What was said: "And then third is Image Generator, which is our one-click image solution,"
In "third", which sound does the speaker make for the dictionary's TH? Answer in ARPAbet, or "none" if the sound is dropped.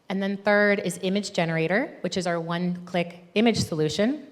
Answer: TH